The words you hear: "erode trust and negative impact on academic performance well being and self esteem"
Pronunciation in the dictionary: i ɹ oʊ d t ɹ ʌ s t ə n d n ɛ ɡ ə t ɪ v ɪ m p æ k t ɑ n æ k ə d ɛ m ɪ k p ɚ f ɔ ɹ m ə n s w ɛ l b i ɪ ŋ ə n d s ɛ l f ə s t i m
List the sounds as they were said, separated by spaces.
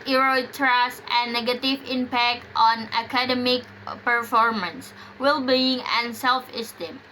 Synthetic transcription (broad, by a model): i ɹ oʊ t ɹ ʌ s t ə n n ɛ ɡ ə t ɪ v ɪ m p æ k t ɑ n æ k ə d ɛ m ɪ k p ɚ f ɔ ɹ m ə n s w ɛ l b i ɪ ŋ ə n s ɛ l f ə s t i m